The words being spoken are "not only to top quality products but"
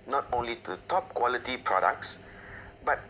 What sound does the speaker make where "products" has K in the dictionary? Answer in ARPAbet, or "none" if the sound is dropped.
K